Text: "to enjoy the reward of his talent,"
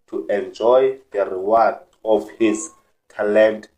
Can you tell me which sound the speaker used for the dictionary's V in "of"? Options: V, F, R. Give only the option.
F